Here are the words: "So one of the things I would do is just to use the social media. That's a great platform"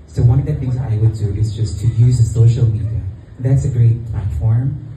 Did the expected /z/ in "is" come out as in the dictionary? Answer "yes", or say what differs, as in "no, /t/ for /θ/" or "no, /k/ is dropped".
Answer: yes